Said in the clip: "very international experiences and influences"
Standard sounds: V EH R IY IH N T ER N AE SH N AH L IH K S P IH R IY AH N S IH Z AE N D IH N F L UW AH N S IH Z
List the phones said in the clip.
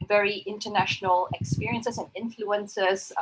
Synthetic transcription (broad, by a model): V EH R IY IH N T ER N AE SH N AH L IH K S P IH R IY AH N S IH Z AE N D IH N F L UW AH N S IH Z